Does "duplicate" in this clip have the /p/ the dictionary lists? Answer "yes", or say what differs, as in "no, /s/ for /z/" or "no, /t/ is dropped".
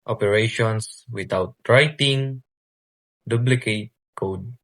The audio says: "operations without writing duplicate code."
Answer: no, /b/ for /p/